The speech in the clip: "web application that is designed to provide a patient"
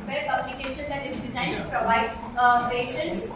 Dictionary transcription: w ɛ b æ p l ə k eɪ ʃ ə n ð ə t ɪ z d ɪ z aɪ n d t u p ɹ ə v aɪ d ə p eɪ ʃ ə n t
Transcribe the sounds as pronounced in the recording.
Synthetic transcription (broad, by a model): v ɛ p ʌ b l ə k eɪ ʃ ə n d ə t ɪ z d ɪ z aɪ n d t u p ɹ ə v aɪ d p eɪ ʃ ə n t